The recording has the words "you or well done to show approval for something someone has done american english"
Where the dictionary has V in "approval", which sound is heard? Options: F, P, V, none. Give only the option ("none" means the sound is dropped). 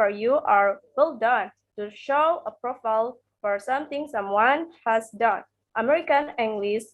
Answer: F